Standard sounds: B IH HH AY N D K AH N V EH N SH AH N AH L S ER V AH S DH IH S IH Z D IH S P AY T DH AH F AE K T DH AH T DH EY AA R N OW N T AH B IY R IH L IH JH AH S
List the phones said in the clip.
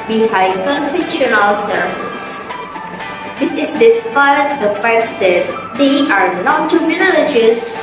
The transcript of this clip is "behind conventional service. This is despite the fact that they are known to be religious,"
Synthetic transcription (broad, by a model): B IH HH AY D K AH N F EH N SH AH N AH L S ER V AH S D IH S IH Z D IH S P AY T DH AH F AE K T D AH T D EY AA R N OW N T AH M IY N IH L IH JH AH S